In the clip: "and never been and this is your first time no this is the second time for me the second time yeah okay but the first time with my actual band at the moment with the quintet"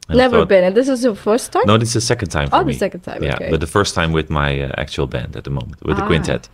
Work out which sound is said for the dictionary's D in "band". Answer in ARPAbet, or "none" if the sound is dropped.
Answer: D